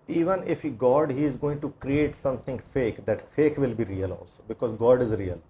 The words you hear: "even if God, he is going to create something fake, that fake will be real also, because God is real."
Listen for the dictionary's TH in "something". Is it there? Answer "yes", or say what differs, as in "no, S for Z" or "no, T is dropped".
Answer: no, T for TH